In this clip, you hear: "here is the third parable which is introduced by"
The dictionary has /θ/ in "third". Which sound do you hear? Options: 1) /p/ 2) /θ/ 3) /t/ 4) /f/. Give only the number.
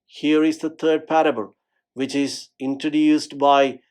3